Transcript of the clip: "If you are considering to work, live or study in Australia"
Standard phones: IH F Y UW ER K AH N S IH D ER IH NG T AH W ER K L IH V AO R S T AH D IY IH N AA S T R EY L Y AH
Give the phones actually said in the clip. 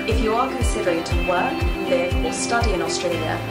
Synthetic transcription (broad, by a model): IH F Y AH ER K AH N S IH D ER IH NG T AH W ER K L IH V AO L S T AH D IY IH N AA S T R EY L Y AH